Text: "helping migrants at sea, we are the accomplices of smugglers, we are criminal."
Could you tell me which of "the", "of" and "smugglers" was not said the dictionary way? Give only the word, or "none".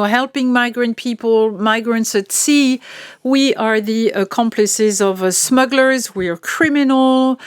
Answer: none